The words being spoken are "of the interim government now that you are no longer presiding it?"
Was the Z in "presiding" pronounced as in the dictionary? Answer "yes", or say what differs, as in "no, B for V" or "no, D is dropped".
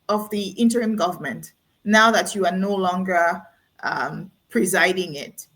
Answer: yes